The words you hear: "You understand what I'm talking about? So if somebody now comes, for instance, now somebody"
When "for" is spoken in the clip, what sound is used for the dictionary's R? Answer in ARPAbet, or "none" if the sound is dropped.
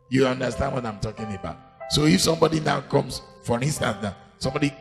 R